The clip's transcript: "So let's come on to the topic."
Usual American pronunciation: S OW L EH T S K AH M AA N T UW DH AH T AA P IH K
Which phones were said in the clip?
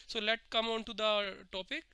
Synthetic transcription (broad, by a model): S OW L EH T K AH M AA N T UW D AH T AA P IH K